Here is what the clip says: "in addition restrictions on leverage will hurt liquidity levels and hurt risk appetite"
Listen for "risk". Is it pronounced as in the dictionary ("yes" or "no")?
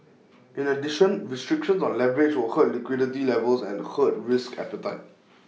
yes